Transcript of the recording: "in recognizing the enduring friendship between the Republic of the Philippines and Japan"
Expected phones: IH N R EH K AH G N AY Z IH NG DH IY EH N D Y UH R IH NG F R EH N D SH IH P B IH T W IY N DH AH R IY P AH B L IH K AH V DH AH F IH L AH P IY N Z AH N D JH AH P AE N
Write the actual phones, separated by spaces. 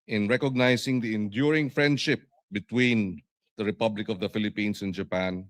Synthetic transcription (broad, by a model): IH N R EH K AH G N AY S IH NG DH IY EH N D Y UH R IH NG F R EH N D SH IH P B IH T W IY N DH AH R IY P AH B L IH K AH V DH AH F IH L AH P IY N S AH N JH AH P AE N